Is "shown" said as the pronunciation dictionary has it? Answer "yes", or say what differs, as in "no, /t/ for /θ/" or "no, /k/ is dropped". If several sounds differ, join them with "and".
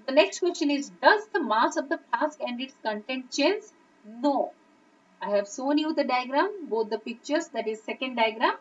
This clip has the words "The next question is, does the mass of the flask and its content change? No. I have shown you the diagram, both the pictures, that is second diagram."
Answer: no, /s/ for /ʃ/